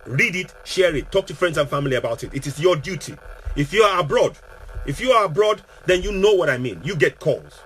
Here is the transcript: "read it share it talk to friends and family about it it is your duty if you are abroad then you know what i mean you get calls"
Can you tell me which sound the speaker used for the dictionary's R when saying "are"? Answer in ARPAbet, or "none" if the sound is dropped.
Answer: R